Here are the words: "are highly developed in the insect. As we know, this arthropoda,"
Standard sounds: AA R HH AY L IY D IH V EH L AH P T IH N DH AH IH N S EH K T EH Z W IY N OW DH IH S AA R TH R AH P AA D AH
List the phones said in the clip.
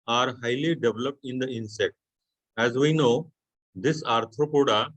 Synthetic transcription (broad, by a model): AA R HH AY L IY D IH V L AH P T IH N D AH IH N S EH K T EH Z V IY N OW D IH S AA R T R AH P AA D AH